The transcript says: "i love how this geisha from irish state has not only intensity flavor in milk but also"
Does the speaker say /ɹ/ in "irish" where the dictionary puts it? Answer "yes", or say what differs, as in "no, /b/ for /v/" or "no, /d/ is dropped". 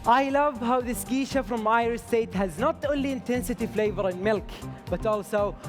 no, /ɹ/ is dropped